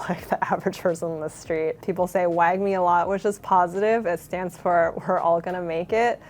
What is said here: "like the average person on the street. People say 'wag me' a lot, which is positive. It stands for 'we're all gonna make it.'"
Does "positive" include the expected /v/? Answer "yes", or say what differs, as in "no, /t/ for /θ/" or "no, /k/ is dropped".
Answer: yes